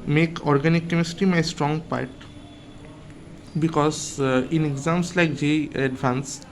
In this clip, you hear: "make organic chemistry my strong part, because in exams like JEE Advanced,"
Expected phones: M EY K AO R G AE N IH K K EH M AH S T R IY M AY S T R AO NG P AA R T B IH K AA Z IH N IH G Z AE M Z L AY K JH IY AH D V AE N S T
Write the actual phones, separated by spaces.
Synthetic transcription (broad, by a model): M EY K AO R G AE N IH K K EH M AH S T IY M AY S T R AO NG P AA R T B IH K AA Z IH N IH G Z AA M S L AY K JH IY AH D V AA N S